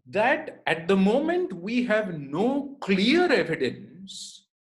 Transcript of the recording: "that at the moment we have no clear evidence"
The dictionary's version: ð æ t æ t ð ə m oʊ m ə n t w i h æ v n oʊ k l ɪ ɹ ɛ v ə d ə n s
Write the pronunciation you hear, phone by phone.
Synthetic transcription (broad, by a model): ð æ t æ t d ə m oʊ m ə n t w i h æ v n oʊ k l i ɹ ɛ v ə d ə n s